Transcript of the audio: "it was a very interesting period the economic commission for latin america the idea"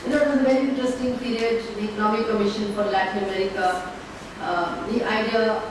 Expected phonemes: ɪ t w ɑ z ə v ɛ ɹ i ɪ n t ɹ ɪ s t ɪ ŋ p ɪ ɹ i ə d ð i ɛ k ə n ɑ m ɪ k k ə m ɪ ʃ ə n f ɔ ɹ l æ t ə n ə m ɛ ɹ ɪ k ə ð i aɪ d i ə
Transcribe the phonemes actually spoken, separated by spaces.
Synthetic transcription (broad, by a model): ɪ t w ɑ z ə v ɛ ɹ i ɪ n t ɹ ɪ s t ɪ ŋ p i ɹ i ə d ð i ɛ k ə n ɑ m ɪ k k ə m ɪ ʃ ə n f ɔ ɹ l æ t ə n ə m ɛ ɹ ɪ k ə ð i aɪ d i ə